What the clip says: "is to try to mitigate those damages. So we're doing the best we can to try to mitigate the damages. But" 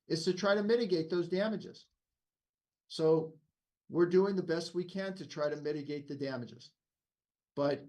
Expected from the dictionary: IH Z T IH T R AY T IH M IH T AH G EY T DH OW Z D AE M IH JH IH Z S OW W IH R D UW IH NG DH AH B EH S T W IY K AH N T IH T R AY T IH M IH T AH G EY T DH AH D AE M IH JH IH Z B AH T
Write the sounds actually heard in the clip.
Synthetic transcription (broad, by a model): IH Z T IH T R AY T IH M IH T AH G EY T DH OW Z D AE M IH JH IH Z S OW W IH R D UW IH NG DH AH B EH S T W IY K AH N T IH T R AY T IH M IH T AH G EY T DH AH D AE M IH JH IH Z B AH T